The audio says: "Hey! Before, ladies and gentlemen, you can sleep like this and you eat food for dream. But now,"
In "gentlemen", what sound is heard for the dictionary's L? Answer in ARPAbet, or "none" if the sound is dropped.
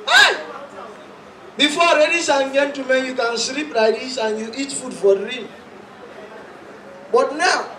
none